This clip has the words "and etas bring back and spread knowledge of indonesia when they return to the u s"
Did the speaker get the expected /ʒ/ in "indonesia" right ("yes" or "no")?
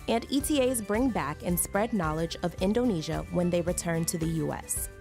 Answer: yes